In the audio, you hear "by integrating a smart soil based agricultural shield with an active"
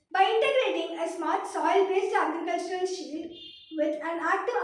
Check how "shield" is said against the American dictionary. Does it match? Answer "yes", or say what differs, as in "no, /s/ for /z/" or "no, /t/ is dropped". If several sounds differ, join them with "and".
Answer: no, /l/ is dropped